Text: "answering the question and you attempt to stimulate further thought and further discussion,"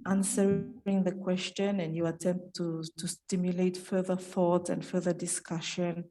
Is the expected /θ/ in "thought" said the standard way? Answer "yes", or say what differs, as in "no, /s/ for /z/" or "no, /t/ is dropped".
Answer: yes